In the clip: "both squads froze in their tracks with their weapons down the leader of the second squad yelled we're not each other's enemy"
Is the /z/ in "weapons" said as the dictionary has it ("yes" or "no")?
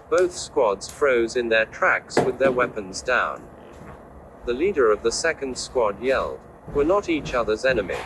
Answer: yes